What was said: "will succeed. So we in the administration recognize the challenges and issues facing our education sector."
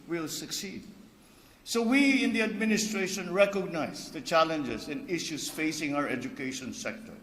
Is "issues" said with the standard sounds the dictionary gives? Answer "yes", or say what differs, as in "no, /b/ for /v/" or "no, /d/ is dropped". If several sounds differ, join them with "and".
no, /s/ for /z/